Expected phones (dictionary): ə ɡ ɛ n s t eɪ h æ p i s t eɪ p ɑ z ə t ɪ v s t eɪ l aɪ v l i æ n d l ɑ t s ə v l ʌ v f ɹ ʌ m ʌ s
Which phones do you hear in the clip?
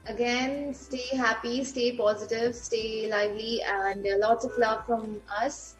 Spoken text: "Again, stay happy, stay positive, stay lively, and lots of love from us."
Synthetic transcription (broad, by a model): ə ɡ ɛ n s t eɪ h æ p i s t eɪ p ɑ z ə t ɪ v s t eɪ l aɪ v l i æ n d l ɑ t s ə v l ʌ v f ɹ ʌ m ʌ s